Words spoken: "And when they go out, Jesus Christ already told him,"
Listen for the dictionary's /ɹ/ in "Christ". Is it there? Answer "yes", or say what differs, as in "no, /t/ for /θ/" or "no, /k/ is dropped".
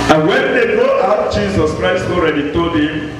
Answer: yes